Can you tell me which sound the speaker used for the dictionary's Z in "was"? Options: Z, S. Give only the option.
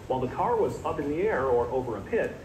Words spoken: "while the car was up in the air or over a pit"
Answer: Z